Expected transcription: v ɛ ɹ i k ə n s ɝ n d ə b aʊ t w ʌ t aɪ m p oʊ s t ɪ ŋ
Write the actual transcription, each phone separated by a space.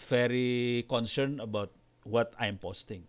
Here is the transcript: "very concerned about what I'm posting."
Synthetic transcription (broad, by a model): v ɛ ɹ i k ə n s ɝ n ə b aʊ t w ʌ t aɪ m p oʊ s t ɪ ŋ